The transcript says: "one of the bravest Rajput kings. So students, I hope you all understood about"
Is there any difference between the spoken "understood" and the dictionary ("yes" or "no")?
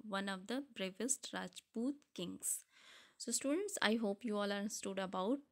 yes